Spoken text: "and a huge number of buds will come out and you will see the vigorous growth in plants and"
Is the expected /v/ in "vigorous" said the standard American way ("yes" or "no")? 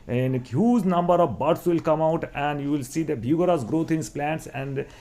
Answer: no